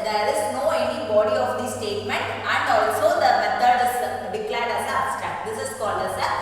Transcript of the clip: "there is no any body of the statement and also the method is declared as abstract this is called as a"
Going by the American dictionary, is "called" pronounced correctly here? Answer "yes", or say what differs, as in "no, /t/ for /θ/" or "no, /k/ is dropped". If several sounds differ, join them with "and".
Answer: no, /d/ is dropped